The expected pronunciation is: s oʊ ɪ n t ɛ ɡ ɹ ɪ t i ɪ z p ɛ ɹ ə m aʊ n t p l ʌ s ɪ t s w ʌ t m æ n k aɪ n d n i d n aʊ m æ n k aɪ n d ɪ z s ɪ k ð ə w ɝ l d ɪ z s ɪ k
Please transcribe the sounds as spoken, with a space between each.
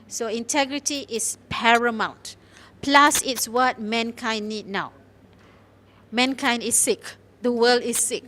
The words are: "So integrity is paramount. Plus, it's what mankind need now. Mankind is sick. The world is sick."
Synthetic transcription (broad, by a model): s oʊ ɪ n t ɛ ɡ ɹ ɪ t i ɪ s p ɛ ɹ ə m aʊ n t p l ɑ s ɪ t s w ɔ t m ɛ n k aɪ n n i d n aʊ m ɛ n k aɪ n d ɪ s ɪ k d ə w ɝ l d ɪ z s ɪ k